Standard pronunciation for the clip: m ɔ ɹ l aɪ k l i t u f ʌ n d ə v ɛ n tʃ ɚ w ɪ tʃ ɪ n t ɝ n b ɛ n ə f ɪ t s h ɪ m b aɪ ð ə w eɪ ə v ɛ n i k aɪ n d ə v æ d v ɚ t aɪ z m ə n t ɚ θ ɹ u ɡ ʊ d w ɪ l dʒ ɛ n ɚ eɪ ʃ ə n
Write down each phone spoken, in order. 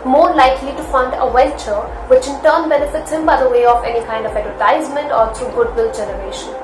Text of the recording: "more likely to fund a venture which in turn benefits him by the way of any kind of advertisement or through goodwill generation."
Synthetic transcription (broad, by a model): m ɔ ɹ l aɪ k l i t u f ʌ n d ə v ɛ l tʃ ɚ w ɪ tʃ ɪ n t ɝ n b ɛ n ə f ɪ t s h ɪ m b aɪ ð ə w eɪ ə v ɛ n i k aɪ n d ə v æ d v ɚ t aɪ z m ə n t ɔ t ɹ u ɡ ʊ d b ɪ l dʒ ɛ n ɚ eɪ ʃ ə n